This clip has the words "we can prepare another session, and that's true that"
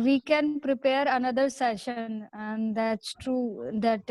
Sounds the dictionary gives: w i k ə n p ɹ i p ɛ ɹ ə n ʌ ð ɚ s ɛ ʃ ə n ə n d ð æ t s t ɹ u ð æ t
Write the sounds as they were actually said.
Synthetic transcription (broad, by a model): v i k ə n p ɹ i p ɛ ɹ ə n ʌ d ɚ s ɛ ʃ ə n ə n d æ t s t ɹ u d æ t